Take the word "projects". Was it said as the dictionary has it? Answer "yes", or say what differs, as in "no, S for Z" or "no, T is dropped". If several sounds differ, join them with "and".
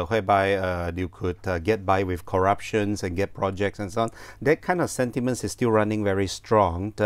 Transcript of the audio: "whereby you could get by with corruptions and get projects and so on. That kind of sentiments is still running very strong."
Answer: yes